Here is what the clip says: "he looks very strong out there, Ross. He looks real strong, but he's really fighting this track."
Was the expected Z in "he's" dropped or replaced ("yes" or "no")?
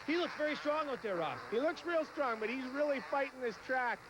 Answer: no